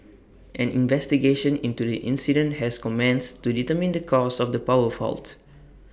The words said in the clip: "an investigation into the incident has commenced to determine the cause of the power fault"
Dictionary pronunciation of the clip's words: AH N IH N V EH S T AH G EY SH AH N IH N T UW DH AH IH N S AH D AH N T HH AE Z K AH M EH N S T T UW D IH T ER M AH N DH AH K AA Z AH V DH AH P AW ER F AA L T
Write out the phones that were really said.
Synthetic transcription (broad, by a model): AH N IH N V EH S T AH G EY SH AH N IH N T UW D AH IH N S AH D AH N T HH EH S K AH M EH N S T T UW D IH T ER M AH N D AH K AA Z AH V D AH P AW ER F AA L T